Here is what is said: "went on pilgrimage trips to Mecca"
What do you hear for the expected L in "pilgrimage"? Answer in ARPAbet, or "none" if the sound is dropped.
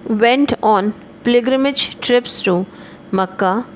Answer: none